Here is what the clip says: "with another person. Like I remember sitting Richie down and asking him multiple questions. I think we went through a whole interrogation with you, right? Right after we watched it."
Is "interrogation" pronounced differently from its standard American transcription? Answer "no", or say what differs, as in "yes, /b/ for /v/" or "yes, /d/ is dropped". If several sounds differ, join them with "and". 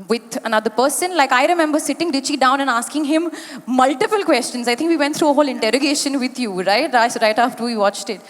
no